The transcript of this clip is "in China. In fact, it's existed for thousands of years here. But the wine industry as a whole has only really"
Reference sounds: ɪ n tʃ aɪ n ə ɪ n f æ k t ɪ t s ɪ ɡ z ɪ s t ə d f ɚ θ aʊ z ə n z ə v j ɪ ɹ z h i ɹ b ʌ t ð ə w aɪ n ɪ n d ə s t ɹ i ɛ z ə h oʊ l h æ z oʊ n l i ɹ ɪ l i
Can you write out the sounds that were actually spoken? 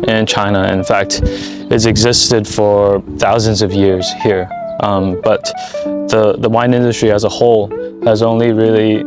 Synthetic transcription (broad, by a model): ɪ n tʃ aɪ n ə ɪ n f æ k t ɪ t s ɪ ɡ z ɪ s t ə d f ɚ θ aʊ z ə n z ə v j ɪ ɹ z h i ɹ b ʌ t ð ə w aɪ n ɪ n d ə s t ɹ i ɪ z ə h oʊ l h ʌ z oʊ n l i ɹ ɪ l i